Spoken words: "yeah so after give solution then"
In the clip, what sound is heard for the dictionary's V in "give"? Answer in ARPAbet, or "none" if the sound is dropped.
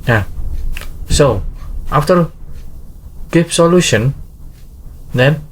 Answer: P